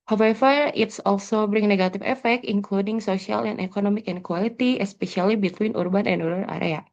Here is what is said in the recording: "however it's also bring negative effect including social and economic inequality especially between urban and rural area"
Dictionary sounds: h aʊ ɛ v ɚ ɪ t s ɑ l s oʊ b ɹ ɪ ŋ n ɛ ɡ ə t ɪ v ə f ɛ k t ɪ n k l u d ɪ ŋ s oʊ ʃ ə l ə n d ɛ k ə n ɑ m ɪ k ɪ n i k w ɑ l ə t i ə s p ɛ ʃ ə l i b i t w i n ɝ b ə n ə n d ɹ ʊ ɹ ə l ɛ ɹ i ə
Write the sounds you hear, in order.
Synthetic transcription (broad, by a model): h aʊ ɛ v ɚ ɪ t s ɑ l s oʊ b ɹ ɪ ŋ n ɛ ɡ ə t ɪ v ə f ɛ k t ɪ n k l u d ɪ ŋ s oʊ s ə l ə n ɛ k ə n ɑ m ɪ k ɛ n k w ɑ l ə t i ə s p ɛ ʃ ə l i b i t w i n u b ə n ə n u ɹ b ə n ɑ ɹ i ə